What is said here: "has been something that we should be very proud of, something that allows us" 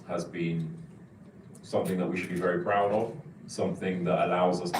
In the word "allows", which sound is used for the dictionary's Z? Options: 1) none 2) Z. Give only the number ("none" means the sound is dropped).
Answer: 2